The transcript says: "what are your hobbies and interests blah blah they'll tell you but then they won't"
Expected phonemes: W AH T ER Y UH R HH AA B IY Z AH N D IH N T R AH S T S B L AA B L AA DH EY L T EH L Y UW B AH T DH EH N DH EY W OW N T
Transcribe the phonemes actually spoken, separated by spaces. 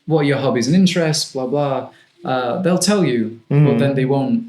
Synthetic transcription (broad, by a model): W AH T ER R HH AA B IY Z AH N IH N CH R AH S T B L AA B L AA DH EY L T EH L Y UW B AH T DH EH N DH EY W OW N T